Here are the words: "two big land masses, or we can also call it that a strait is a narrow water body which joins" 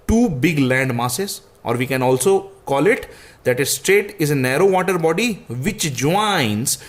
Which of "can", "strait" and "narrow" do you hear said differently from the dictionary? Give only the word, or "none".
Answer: none